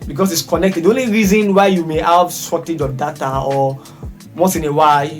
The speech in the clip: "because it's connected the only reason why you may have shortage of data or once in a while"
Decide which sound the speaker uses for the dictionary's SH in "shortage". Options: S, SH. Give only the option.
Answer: S